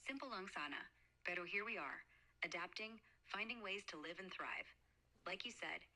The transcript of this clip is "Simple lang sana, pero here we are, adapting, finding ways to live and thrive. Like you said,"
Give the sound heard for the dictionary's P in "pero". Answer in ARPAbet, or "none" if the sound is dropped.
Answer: B